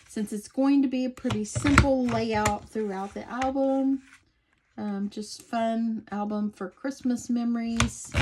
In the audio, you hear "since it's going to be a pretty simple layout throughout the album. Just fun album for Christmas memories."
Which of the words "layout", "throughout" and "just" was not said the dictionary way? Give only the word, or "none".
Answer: none